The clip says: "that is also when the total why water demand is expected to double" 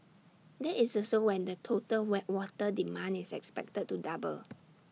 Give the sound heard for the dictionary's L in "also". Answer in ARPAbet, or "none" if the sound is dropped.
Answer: none